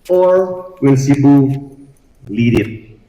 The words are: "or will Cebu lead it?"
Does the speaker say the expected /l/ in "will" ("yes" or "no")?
no